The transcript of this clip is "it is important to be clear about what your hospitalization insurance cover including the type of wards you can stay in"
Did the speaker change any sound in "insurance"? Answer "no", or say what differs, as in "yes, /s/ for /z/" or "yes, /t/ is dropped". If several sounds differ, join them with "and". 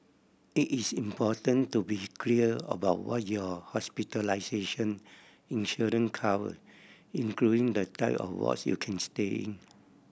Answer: yes, /s/ is dropped